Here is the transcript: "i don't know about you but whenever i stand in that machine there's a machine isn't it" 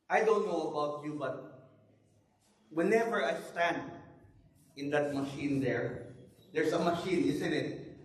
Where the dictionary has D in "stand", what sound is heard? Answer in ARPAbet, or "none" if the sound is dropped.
D